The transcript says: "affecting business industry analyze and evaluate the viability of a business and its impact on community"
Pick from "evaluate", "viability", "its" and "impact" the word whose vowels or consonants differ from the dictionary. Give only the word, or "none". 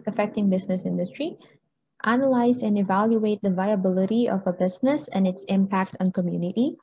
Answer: none